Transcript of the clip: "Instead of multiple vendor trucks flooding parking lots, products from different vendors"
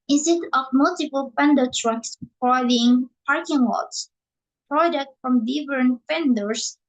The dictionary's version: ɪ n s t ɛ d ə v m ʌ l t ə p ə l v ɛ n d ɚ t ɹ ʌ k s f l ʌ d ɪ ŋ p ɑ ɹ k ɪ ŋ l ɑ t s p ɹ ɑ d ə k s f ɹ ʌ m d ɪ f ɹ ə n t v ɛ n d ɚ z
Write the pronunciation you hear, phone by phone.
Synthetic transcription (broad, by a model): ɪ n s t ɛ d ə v m ʌ l t ə p ə l p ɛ n d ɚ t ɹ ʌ k s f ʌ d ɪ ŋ p ɑ ɹ k ɪ ŋ w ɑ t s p ɹ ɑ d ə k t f ɹ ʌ m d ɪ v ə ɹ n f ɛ n d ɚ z